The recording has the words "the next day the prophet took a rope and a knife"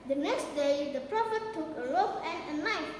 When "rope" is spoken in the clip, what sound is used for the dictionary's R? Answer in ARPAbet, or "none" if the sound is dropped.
L